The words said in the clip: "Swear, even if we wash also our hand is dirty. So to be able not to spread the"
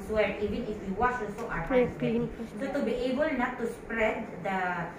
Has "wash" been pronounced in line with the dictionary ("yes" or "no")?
no